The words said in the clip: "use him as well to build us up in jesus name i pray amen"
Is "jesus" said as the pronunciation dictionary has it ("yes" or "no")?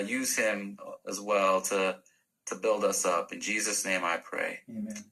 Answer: yes